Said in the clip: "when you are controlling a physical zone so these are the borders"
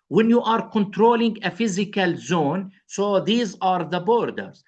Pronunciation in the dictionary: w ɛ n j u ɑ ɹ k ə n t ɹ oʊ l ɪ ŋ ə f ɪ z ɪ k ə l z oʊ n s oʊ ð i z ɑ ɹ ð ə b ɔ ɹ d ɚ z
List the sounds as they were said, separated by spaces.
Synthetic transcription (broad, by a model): w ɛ n j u ɑ ɹ k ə n t ɹ oʊ l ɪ ŋ ə f ɪ z ɪ k ə l z oʊ n s oʊ ð i z ɑ ɹ ð ə b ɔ ɹ d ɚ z